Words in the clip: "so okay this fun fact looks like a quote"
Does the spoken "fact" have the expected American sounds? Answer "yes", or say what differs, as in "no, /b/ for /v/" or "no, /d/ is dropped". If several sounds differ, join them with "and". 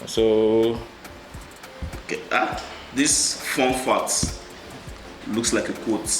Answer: no, /k/ is dropped